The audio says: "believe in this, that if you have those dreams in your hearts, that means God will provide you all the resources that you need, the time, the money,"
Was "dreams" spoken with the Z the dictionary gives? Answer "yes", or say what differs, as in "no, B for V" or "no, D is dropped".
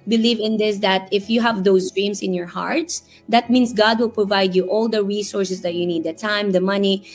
no, S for Z